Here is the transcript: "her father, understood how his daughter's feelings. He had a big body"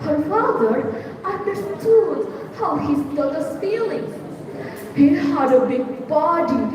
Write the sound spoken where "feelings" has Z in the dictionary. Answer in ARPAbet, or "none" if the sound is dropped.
none